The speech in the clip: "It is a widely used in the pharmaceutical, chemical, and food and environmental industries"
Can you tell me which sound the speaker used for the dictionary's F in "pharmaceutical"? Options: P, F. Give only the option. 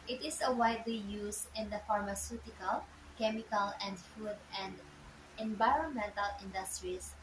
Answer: F